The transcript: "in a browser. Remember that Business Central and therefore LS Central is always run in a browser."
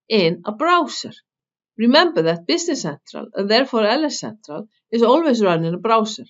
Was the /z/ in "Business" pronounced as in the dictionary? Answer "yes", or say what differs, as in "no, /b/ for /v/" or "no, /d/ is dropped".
no, /s/ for /z/